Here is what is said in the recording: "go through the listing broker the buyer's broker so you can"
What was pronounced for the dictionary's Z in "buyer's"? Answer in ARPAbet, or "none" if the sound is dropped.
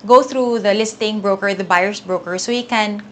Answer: S